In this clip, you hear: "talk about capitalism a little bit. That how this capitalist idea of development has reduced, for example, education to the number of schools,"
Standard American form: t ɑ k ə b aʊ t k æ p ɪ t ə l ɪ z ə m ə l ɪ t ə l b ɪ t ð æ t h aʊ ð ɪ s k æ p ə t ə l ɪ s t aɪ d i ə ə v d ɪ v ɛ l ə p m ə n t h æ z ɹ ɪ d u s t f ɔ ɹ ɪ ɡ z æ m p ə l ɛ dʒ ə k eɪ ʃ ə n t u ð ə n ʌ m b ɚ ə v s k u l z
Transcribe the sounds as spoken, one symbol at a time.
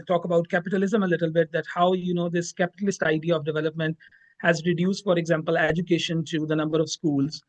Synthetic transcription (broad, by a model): t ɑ k ə b aʊ t k æ p ɪ t ə l ɪ z ə m ə l ɪ t ə l b ɪ t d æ t h aʊ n ɪ s k æ p ə t ə l ɪ s t aɪ d i ə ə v d ɪ v ɛ l ə p m ə n t h æ z ɹ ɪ d u s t f ɔ ɹ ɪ ɡ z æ m p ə l ɛ dʒ ə k eɪ ʃ ə n t u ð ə n ʌ m b ɚ ə v s k u l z